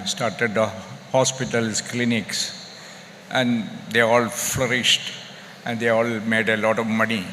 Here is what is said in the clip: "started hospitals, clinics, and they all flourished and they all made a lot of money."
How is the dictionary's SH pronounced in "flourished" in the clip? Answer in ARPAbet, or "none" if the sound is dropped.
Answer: SH